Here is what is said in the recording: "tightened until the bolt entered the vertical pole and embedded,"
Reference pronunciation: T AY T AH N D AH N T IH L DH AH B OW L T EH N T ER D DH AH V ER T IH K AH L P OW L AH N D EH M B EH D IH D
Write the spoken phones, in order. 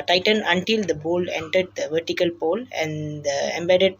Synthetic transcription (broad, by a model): T AY T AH N AH N T IH L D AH B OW L EH N T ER D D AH V ER T IH K AH L P OW L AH N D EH M B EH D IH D